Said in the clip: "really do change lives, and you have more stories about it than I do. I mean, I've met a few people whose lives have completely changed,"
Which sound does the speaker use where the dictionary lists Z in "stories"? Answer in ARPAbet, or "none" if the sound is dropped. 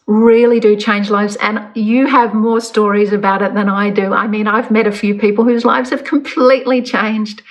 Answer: Z